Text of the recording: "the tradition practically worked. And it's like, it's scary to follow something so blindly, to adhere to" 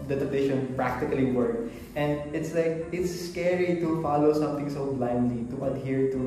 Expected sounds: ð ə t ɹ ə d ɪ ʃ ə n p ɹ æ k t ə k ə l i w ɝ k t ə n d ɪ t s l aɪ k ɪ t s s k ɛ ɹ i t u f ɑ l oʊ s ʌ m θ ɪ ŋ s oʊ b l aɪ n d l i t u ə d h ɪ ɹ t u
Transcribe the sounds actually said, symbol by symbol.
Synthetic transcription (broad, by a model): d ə t ɹ ə d ɪ ʃ ə n p ɹ æ k t ə k ə l i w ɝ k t ə n d ɪ t s l aɪ k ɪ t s s k ɛ ɹ i t u f ɑ l oʊ s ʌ m t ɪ ŋ s oʊ b l aɪ n d l i t u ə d h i ɹ t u